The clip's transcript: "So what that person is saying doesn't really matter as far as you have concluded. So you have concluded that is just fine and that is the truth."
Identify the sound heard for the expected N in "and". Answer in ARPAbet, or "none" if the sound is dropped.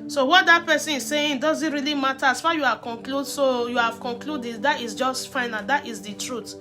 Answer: L